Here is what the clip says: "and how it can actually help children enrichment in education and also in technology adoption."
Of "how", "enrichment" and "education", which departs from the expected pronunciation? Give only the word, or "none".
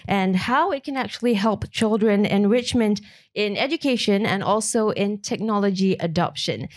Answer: none